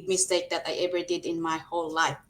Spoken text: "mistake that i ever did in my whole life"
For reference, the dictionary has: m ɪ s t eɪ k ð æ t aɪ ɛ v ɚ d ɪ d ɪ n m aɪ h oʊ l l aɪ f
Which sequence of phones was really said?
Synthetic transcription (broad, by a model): m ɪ s t eɪ k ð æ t aɪ ɛ v ɚ d ɪ d ɪ n m aɪ h oʊ l l aɪ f